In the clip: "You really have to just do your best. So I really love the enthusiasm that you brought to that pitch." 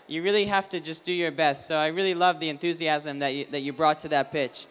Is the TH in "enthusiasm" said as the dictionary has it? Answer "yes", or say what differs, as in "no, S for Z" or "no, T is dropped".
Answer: yes